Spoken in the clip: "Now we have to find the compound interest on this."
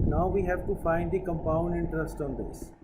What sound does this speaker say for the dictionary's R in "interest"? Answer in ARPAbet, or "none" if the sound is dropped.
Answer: R